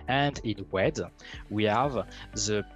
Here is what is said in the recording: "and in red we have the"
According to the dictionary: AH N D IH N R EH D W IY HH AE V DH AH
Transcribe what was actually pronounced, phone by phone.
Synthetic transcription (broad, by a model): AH N D IH N W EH D W IY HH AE V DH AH